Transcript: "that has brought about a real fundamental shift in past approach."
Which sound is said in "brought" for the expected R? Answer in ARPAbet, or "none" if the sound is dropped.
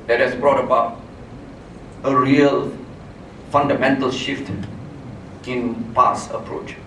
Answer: R